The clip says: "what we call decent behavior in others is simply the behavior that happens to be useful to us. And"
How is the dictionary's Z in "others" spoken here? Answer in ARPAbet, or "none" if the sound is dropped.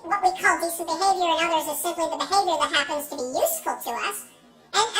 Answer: Z